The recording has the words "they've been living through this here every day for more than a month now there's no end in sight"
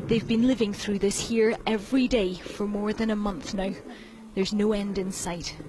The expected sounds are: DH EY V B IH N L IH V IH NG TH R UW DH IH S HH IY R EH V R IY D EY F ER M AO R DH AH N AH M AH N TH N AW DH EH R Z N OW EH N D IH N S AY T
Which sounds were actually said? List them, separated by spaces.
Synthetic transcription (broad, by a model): DH EY V B IH N L IH V IH NG TH R UW DH IH S HH IY R EH V R IY D EY F ER M AO R DH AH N AH M AH N TH N AW DH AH R Z N OW EH N D IH N S AY T